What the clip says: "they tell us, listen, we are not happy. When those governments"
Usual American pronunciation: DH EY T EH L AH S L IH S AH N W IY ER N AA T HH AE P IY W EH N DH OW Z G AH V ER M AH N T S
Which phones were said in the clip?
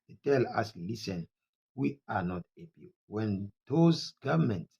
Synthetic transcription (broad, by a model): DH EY T EH L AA S L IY S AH N W IY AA N AA T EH B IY W EH N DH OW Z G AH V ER M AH N T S